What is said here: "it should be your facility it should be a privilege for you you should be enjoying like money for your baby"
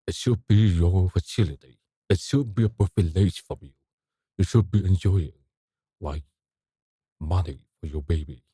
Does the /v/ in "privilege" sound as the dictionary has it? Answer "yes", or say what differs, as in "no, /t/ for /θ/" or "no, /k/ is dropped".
no, /f/ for /v/